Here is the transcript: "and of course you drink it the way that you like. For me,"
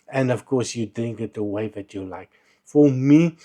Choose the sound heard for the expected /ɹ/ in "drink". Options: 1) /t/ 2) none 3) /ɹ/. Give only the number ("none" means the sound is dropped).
2